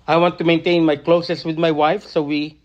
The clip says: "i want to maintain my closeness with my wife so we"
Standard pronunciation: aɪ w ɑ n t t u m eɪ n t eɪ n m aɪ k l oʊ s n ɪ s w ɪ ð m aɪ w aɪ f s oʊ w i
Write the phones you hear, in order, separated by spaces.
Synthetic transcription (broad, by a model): aɪ w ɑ n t t u m eɪ n t eɪ n m aɪ k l oʊ s ɪ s w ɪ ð m aɪ w aɪ f s oʊ w i